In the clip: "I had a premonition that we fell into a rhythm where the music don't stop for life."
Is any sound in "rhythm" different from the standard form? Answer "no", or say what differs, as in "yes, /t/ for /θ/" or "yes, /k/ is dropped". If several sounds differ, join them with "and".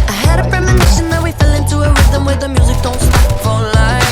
yes, /w/ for /ɹ/